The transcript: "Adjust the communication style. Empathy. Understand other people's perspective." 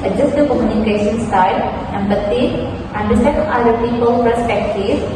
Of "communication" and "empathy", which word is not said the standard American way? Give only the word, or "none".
empathy